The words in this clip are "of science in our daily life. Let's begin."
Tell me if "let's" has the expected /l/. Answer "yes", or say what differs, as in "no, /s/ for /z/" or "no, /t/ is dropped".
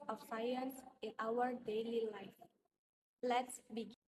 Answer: yes